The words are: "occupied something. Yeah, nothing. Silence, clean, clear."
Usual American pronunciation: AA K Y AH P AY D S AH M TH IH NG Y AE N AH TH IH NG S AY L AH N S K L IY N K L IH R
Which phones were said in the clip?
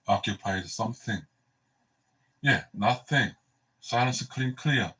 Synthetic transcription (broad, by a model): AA K Y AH P AY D S AH M TH IH NG Y AE N AH TH IH NG S AY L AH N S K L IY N K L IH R